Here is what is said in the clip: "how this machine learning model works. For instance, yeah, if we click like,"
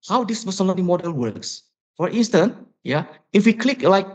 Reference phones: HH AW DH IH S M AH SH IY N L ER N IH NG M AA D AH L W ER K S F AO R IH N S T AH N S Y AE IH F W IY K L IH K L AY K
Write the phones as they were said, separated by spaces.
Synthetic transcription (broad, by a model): HH AW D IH S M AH S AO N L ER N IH M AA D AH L W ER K S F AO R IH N S T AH N Y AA IH F W IY K L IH K L AY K